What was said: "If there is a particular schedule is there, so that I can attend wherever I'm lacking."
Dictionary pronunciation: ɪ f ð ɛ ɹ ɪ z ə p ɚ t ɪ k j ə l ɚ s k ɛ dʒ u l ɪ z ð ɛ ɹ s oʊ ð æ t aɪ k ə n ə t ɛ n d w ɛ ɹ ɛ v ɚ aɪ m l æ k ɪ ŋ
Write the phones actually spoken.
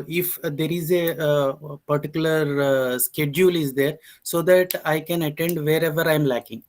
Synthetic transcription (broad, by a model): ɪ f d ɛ ɹ ɪ z ə p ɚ t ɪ k j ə l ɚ s k ɛ dʒ u l ɪ z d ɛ ɹ s oʊ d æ t aɪ k ə n ə t ɛ n d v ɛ ɹ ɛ v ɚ aɪ m l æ k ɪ ŋ